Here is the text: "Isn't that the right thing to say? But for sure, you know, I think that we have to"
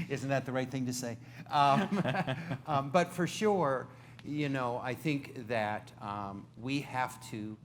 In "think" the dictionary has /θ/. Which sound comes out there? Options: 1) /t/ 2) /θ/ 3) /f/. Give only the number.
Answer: 2